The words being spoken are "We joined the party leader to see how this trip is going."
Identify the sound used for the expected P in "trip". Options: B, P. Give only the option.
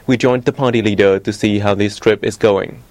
P